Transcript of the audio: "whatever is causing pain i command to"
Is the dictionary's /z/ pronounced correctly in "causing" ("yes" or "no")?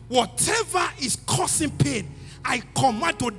no